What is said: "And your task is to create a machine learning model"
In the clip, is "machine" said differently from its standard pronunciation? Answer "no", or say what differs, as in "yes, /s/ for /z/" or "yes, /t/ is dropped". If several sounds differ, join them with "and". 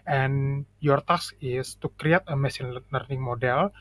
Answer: yes, /s/ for /ʃ/